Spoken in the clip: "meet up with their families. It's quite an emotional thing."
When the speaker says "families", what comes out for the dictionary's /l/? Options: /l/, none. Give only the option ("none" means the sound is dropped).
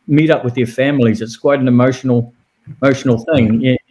/l/